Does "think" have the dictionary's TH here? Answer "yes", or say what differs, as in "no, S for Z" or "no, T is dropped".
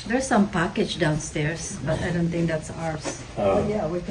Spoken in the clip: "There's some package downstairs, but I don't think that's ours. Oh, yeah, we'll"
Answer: yes